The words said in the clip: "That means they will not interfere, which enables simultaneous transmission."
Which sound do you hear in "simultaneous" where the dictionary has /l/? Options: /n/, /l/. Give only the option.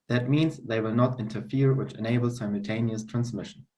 /l/